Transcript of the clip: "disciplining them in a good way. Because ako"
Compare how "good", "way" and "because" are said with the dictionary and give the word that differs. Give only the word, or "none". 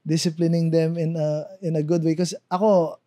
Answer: because